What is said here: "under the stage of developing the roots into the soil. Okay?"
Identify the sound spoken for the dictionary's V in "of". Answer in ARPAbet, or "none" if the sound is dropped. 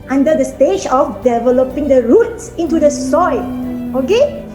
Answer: F